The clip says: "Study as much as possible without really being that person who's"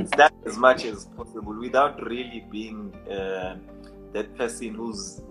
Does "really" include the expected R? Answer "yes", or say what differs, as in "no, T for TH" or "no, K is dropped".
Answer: yes